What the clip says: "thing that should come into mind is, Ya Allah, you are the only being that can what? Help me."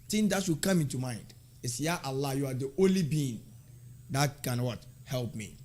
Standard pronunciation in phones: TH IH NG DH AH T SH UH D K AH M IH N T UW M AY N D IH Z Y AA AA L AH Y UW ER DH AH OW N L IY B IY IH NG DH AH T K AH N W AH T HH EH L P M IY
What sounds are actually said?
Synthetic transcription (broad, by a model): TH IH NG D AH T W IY K AH M IH N T UW M AY N D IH S Y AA AA L AH Y UW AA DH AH OW N L IY B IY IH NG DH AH T K AH N W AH T HH EH L P M IY